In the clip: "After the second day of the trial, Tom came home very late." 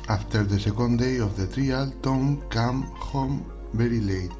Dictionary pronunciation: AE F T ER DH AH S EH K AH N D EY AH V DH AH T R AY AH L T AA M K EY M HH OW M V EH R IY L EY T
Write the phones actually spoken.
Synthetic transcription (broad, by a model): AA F T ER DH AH S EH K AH N D EY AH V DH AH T R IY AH L T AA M K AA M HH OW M B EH R IY L EY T